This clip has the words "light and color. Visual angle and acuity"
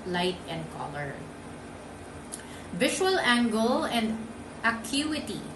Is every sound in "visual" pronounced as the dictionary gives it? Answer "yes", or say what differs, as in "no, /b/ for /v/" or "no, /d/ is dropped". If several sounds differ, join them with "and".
no, /ʃ/ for /ʒ/